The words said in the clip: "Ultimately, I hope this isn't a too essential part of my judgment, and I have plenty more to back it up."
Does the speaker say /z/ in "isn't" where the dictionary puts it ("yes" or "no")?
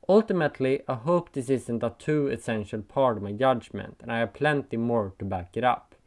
no